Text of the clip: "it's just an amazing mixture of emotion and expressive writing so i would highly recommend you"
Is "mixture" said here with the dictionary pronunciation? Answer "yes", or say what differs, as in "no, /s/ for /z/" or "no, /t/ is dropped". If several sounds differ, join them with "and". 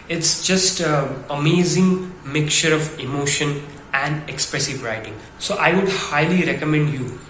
no, /s/ is dropped